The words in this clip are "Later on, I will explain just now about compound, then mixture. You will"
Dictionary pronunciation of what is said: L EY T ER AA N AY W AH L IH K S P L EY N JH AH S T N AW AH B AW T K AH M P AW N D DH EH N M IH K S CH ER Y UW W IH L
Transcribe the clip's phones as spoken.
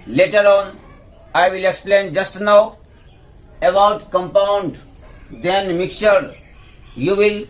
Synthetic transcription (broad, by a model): L EY T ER AA N AY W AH L IH K S P L EY N JH AH S T N AW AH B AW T K AH M P AW N D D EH N M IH K CH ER Y UW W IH L